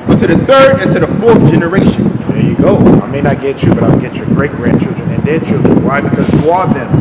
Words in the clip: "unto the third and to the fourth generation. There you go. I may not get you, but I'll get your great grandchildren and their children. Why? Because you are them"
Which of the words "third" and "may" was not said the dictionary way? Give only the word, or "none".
none